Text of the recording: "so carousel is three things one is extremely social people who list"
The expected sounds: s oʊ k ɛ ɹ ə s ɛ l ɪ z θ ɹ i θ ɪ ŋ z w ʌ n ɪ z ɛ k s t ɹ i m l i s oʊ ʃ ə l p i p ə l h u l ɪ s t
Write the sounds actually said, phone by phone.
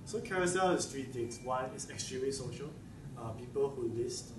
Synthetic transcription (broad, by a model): s oʊ k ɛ ɹ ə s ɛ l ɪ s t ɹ i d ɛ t w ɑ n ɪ s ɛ k s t ɹ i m i s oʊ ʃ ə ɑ p i p ə l h u l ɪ s t